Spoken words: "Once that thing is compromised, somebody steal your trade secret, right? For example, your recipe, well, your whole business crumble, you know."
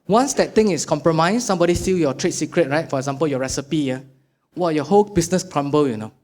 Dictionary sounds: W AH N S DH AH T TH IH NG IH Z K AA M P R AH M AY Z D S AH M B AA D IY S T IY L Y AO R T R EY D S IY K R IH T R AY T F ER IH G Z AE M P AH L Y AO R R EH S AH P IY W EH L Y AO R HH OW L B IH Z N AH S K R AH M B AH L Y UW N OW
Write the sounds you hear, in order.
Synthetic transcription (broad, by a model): W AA N S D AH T T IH NG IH S K AA M P R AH M AY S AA M B AA D IY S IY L Y AO T R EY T S IY K R IH T R AY T F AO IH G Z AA M P AH L Y AO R R EH S AH P IY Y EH W Y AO HH OW L B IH S N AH S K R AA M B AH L Y UW N OW